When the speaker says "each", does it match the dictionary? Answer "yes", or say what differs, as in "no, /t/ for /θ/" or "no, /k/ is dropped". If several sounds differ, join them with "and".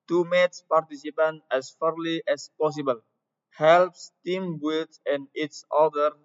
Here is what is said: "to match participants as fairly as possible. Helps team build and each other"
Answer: no, /s/ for /tʃ/